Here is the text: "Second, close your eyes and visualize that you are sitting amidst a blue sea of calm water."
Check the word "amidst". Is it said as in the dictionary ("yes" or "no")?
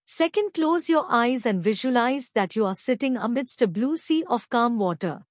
yes